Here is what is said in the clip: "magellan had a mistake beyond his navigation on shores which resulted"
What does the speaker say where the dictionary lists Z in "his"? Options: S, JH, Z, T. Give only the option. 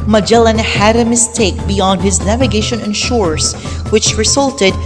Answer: Z